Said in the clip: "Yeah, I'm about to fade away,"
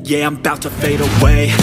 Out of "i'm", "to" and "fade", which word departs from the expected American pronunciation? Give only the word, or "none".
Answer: none